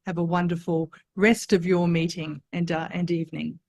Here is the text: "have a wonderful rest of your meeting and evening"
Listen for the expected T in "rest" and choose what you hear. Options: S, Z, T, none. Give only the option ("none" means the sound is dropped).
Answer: T